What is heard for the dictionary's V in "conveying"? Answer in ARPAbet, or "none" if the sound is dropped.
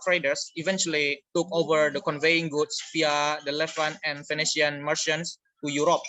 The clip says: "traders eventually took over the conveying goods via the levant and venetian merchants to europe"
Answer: V